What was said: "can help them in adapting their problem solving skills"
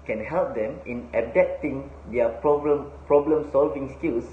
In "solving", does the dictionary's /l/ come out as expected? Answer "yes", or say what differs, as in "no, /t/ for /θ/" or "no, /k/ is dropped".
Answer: yes